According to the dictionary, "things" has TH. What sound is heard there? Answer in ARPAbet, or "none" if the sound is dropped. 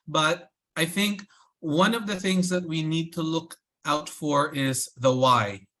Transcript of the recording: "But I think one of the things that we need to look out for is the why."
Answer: TH